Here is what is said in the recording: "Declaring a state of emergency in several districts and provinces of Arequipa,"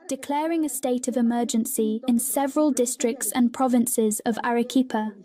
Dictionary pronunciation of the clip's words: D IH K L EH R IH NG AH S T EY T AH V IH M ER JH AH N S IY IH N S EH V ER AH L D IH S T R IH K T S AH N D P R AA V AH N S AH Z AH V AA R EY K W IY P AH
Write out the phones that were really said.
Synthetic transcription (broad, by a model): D IH K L EH R IH NG AH S T EY T AH V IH M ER JH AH N S IY IH N S EH V ER AH L D IH S T R IH K T S AH N P R AA V AH N S AH Z AH V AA R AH K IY P AH